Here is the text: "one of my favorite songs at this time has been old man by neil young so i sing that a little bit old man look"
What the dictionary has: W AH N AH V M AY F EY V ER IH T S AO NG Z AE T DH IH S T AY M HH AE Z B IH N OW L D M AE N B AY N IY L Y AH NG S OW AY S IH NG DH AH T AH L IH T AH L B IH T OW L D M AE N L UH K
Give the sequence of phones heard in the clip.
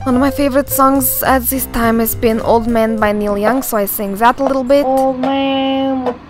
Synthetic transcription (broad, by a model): W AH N AH V M AY F EY V ER IH T S AO NG Z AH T DH IH S T AY M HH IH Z B IH N OW L D M AE N B AY N IY L Y AH NG S OW AY S IH NG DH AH T AH L IH T L B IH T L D M AE N